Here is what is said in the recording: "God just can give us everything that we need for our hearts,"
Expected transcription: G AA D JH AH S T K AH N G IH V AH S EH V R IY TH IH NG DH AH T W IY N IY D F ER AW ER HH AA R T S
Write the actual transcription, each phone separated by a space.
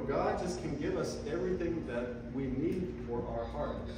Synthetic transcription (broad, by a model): G AA D JH AH S K AH N G IH V AH S EH V R IY TH IH NG DH AH T W IY N IY D F ER AW ER HH AA R T